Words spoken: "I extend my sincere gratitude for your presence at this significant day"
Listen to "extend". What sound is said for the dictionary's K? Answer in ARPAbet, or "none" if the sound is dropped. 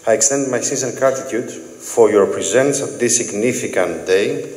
K